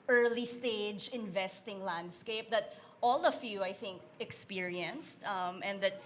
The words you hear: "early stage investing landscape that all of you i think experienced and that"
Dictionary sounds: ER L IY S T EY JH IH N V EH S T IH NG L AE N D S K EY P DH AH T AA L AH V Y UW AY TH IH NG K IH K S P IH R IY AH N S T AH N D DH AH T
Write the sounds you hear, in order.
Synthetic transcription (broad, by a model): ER L IY S T EY JH IH N V EH S T IH NG L AE N D S K EY P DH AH T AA L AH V Y UW AY TH IH NG K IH K S P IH R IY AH N S T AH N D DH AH T